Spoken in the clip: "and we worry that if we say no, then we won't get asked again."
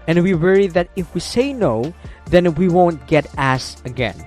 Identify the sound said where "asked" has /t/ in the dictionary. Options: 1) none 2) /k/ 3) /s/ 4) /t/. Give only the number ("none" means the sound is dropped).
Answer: 1